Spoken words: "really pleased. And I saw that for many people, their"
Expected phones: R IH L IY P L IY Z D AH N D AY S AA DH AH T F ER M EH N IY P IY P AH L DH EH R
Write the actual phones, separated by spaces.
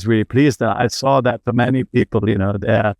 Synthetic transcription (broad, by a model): R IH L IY P L IY Z D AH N AY S AA DH AH T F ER M EH N IY P IY P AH N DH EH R